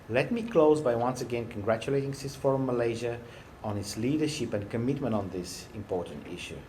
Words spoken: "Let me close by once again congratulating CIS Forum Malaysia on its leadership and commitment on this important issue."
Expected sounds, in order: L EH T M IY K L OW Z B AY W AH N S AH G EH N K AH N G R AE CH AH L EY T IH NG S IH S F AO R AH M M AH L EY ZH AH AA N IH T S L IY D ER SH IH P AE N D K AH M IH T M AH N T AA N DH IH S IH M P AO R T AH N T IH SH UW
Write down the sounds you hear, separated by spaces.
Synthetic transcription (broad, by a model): L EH T M IY K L OW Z B AY W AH N S AH G EH N K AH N G R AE CH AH L EY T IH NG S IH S F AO R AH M M AH L EY ZH AH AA N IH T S L IY D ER SH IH P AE N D K AH M IH T M AH N T AA N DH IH S IH M P AO R T AH N T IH SH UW